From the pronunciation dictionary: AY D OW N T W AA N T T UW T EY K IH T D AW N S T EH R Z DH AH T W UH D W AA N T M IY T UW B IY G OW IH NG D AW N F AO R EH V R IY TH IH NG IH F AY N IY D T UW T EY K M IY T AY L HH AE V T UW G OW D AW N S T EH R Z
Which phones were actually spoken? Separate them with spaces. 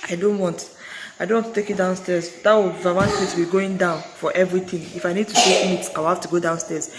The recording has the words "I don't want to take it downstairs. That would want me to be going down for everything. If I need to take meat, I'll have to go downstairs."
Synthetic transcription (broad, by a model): AY D OW N T W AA N T T UW T EY K IH T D AW N S T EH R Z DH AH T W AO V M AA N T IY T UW B IY G OW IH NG D AW N F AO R EH V R IY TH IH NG IH F AY N IY D T UW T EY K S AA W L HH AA F T UW G OW D AW N S T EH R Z